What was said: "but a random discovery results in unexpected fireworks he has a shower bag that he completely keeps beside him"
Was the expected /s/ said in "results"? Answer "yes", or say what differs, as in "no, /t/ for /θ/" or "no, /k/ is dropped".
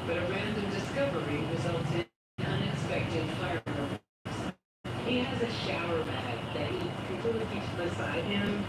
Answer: no, /s/ is dropped